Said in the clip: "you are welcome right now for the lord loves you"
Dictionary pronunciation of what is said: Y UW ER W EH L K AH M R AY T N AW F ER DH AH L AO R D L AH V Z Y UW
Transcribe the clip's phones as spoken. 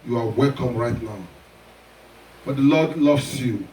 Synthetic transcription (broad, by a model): Y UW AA W EH L K AH M R AY T N AW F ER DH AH L AO D L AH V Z Y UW